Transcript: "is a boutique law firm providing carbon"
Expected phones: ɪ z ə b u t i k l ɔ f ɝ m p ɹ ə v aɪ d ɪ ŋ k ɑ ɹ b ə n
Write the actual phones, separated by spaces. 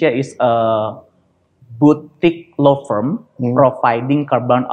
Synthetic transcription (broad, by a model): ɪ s ə b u t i k l ɔ f ɝ m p ɹ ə f aɪ d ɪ ŋ k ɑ ɹ b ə n